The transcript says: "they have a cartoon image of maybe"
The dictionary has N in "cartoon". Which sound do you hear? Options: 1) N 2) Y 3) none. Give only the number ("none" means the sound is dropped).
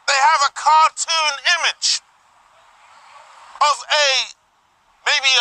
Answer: 1